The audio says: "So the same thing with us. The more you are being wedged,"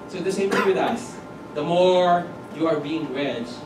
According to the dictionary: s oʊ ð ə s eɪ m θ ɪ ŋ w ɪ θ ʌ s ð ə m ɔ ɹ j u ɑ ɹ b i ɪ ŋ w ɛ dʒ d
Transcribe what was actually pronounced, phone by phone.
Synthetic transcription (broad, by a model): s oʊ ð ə s eɪ m t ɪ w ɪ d ʌ s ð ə m ɔ ɹ j u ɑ ɹ b i ɪ ŋ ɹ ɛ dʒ